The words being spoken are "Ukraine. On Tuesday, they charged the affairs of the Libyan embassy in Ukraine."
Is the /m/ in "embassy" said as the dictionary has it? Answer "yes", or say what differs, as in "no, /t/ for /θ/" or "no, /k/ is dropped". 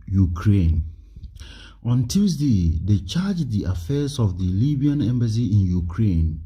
yes